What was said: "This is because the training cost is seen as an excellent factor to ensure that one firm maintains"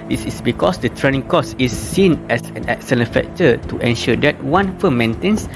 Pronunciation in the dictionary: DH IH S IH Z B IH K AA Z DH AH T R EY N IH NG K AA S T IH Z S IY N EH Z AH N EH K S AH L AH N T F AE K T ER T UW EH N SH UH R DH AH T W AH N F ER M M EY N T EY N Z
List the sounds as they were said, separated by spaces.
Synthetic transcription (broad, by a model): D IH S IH S B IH K AA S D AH T R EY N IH NG K AA S IH S IY N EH S AH N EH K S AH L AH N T F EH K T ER T UW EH N SH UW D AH T W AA N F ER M M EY N T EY N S